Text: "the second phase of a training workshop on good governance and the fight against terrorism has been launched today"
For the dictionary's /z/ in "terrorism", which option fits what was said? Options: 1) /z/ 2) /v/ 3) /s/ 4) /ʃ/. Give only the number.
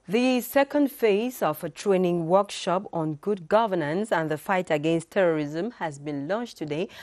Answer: 1